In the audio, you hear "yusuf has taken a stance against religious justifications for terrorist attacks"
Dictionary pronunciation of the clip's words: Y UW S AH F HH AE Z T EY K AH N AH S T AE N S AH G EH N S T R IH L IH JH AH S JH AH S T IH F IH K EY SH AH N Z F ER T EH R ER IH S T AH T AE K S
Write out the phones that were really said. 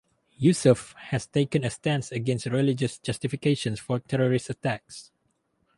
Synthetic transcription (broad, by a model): Y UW S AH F HH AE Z T EY K AH N AH S T AE N S AH G EH N S T R IH L IH JH AH S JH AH S T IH F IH K EY SH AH N S F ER T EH R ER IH S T AH T AE K S